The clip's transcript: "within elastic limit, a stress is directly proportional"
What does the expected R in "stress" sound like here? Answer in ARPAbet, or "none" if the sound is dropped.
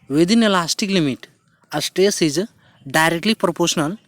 none